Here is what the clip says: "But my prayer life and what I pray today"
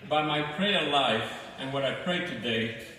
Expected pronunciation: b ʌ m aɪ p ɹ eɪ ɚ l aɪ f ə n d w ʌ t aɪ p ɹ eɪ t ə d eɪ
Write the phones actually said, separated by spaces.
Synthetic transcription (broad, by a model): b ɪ m aɪ p ɹ eɪ ɚ l aɪ f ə n w ʌ t aɪ p ɹ eɪ t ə d eɪ